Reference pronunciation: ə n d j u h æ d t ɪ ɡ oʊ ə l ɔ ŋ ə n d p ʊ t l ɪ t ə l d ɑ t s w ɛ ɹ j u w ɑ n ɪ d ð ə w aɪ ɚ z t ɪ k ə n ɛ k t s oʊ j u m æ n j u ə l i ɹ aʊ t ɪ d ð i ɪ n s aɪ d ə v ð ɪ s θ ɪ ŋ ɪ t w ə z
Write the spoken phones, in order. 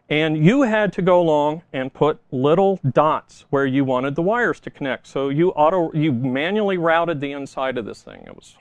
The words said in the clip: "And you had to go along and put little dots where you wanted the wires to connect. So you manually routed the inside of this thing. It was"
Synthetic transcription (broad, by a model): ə n j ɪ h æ d t ɪ ɡ oʊ ə l ɔ ŋ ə n p ʊ t l ɪ t l d ɑ t s w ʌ ɹ j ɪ w ɑ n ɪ d ð ə w aɪ ɚ z t ɪ k ə n ɛ k t s oʊ j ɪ m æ n j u l i ɹ aʊ t ɪ d ð i ɪ n s aɪ d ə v ð ɪ s θ ɪ ŋ ɪ t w ə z